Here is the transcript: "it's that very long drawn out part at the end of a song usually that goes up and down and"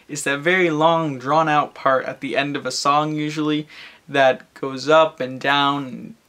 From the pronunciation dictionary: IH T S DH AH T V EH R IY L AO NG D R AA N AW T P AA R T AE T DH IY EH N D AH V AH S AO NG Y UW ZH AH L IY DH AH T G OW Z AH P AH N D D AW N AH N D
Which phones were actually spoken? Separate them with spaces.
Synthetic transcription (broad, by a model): IH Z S DH AH T V EH R IY L AO NG D R AA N AW T P AA R T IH T DH IY EH N D AH V AH S AO NG Y UW ZH L IY DH AH T G OW Z AH P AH N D D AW AH N